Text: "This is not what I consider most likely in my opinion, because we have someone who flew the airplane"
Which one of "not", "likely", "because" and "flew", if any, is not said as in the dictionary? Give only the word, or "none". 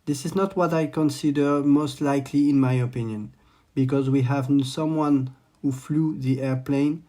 none